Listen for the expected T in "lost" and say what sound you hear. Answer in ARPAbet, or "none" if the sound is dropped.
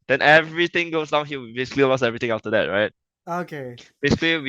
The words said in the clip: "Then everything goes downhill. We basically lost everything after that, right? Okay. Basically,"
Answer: none